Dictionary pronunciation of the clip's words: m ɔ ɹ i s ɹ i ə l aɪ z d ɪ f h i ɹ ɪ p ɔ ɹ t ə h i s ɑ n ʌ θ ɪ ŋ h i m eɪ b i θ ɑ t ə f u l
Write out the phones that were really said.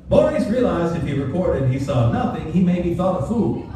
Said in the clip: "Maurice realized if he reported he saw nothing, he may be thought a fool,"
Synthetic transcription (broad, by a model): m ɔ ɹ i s ɹ i ə l aɪ z d ɪ f h i ɹ ɪ p ɔ ɹ t ə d i s ɑ n ʌ θ ɪ ŋ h i m eɪ b i θ ɑ t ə f u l